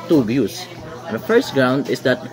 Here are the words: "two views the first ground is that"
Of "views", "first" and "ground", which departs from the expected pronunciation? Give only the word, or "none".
views